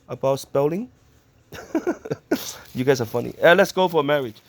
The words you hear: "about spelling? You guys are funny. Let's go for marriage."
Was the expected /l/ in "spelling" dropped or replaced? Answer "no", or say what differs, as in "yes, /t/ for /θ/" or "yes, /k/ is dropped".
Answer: no